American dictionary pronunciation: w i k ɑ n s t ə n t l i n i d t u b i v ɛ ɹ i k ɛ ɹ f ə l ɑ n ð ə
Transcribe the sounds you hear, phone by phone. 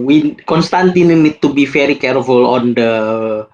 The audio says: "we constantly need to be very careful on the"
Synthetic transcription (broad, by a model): w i k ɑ n s t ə n t i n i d t u b i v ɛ ɹ i k ɛ ɹ f ə l ɑ n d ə